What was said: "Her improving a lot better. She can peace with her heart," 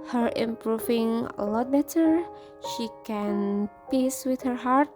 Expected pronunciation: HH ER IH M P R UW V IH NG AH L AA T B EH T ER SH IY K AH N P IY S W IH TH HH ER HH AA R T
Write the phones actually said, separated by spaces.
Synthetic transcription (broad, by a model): HH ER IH M P R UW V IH NG AH L AA T B EH T ER SH IY K AH N P IY S W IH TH HH ER HH AA R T